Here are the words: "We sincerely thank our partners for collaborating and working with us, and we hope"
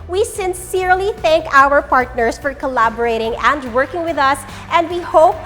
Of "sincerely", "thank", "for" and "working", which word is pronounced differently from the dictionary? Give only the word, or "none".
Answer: none